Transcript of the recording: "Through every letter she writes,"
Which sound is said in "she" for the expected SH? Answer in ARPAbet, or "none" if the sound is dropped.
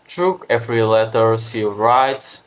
S